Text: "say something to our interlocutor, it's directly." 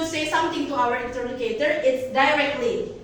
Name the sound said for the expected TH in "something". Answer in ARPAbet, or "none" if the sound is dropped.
T